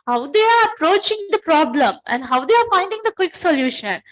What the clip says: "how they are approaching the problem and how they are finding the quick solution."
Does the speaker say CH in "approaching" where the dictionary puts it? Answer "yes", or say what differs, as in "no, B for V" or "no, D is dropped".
yes